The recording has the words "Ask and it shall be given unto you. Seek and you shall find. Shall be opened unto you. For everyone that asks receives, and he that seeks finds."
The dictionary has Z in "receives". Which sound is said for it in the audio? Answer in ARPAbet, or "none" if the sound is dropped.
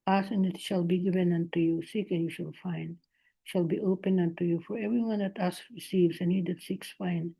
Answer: S